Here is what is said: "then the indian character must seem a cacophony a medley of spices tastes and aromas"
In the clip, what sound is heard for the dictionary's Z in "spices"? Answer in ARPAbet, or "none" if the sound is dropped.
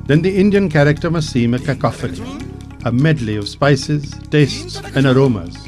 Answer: Z